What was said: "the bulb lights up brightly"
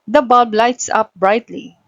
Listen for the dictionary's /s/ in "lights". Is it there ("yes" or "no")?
yes